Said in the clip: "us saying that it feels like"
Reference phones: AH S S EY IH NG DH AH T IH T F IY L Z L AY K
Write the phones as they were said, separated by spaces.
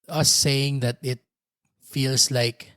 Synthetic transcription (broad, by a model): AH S S EY IH NG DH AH T IH T F IY L S L AY K